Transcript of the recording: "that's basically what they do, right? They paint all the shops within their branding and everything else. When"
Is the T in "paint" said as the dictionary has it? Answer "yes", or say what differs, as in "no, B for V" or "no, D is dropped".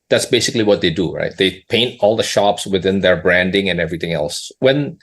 yes